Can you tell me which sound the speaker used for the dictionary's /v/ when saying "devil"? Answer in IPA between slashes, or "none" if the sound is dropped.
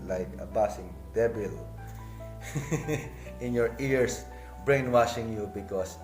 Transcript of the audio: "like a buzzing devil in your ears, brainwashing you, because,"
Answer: /b/